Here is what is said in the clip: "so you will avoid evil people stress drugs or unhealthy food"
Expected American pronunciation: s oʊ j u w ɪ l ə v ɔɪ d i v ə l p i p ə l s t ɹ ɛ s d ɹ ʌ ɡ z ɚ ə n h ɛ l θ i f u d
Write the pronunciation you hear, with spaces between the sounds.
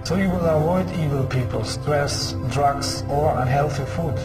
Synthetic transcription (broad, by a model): s oʊ j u w ɪ l ə v ɔɪ d i v ə l p i p ə l s t ɹ ɛ s d ɹ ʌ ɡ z ɚ ə n h ɛ l θ i f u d